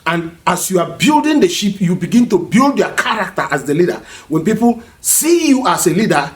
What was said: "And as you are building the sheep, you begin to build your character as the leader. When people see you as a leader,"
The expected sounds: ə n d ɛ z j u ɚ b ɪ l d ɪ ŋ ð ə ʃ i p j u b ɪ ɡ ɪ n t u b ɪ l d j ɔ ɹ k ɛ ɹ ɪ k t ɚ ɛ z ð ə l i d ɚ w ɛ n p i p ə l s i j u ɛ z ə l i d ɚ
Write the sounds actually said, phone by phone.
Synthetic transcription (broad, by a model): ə n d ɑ s j u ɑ b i l d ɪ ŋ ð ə ʃ i p j u b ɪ ɡ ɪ n t u b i l d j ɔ k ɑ ɹ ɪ k t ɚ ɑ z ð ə l i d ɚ w ɛ n p i p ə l s i j u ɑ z ə l i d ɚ